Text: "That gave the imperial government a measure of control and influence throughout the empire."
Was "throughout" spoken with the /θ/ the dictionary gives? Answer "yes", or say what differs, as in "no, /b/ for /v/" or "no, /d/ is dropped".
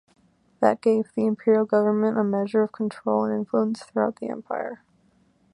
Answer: yes